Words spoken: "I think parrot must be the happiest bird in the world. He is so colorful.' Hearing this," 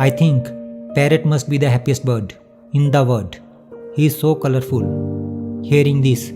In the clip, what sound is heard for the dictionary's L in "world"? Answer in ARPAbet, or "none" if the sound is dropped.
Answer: none